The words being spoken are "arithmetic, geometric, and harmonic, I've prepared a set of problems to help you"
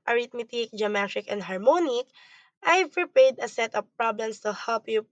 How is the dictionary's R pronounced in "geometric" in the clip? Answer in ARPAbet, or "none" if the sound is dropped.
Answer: none